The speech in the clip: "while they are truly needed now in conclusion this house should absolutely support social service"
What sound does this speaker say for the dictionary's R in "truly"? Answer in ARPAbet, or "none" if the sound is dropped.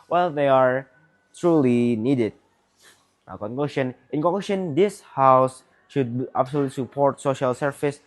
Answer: R